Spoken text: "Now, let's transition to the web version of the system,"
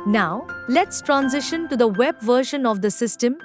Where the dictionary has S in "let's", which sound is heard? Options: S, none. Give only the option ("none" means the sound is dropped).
S